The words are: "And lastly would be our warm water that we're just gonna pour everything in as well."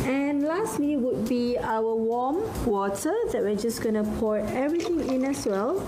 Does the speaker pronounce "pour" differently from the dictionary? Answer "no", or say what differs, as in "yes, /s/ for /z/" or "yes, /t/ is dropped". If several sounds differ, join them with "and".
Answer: no